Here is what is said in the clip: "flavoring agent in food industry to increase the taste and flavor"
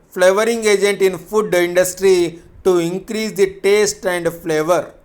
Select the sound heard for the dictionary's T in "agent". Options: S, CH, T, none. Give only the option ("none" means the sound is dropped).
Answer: T